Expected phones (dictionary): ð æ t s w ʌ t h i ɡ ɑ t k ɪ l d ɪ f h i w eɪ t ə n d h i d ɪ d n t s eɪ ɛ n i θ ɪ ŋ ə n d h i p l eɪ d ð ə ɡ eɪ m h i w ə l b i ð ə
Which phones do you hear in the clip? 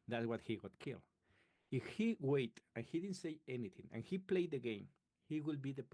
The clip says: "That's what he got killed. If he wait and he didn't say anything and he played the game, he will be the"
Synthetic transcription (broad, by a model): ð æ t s w ʌ t h i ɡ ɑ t k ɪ l ɪ f h i w eɪ t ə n h i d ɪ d n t s eɪ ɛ n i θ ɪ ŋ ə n h i p l eɪ d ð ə ɡ eɪ m h i w ə l b i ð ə